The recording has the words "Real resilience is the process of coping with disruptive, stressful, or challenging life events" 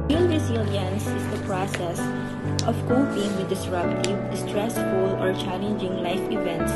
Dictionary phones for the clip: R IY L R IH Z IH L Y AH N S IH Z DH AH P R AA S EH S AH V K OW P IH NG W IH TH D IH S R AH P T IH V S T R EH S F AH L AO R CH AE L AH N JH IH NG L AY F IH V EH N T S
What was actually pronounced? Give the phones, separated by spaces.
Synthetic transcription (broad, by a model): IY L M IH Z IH L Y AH N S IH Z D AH P R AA S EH S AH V K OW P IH NG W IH D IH S R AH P T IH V S T R EH S F AH L AO R CH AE L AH N JH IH NG L AY F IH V EH N T S